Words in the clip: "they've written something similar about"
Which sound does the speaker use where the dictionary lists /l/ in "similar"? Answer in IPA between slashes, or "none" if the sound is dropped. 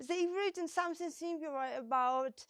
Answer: none